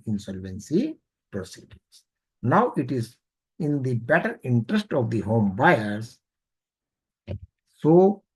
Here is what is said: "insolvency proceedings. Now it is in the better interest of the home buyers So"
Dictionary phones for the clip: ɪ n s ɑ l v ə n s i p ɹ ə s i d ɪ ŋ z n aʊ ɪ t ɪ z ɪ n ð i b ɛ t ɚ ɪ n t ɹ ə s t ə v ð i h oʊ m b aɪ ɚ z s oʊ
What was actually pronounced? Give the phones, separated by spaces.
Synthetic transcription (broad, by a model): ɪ n s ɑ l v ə n s i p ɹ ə s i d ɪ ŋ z n aʊ ɪ t ɪ z ɪ n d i b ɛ t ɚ ɪ n t ɹ ə s t ə v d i h oʊ m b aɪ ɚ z s oʊ